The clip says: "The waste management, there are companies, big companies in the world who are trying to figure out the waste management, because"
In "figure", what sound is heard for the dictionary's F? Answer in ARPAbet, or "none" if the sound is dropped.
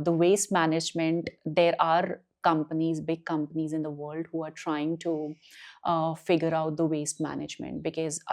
F